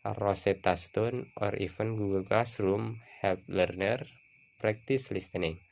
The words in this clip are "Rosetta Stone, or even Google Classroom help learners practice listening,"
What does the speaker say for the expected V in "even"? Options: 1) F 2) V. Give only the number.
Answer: 1